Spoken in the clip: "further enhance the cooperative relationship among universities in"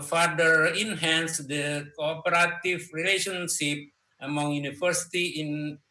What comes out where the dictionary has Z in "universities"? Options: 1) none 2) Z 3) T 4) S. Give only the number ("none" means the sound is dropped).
1